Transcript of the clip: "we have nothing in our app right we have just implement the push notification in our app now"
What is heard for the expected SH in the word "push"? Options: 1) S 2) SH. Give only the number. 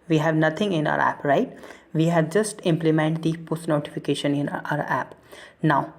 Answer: 1